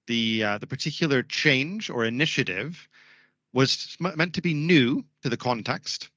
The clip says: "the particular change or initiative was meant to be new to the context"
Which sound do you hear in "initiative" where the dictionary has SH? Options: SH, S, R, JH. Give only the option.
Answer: SH